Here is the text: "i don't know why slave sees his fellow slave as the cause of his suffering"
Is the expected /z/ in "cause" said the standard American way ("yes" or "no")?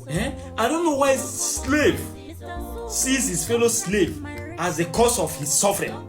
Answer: no